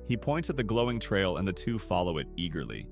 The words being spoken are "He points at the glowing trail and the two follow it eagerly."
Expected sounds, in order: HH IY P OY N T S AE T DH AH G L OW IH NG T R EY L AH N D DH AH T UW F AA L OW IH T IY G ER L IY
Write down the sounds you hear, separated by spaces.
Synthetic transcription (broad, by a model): HH IY P OY N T IH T DH AH G L OW IH NG T R EY L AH N DH AH T UW F AA L OW IH T IY G ER L IY